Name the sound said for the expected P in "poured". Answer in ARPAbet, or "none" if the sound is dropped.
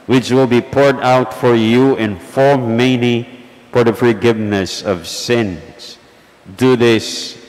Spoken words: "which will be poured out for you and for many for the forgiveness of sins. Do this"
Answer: P